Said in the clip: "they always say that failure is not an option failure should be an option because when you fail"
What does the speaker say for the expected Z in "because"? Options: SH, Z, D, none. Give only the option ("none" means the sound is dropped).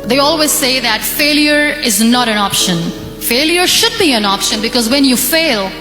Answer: Z